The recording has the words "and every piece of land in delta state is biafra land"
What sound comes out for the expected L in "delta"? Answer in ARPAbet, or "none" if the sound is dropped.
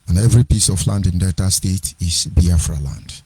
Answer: none